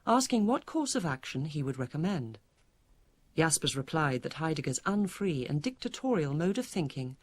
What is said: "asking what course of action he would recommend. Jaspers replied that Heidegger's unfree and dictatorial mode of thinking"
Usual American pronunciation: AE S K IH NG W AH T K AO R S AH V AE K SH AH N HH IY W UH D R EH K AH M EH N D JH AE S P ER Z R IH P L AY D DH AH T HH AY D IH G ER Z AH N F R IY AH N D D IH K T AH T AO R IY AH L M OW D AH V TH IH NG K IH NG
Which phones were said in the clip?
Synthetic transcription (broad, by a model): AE S K IH NG W AH T K AO R S AH V AE K SH AH N IY W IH D R EH K AH M EH N D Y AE S P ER Z R IH P L AY D DH AH T HH AY D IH G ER Z AH N F R IY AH N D D IH K T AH T AO R IY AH L M OW D AH V TH IH NG K IH NG